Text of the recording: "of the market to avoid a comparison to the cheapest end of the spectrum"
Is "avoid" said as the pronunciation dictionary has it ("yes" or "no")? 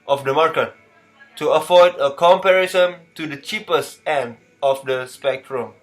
no